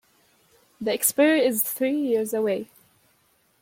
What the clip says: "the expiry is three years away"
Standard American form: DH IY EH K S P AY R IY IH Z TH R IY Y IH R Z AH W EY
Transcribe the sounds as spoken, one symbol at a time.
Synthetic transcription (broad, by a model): DH IY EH K S P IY IH Z TH R IY Y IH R Z AH W EY